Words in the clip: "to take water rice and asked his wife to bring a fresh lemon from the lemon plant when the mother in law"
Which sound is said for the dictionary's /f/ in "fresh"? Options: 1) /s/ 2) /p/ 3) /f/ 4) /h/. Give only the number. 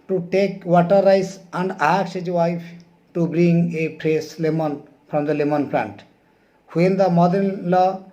2